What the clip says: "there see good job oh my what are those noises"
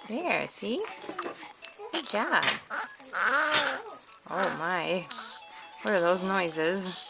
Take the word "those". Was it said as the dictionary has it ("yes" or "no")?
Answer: yes